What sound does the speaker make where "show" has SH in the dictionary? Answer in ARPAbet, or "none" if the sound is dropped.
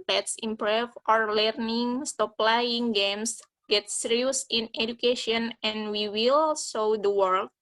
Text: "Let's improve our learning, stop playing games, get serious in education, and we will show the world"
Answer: S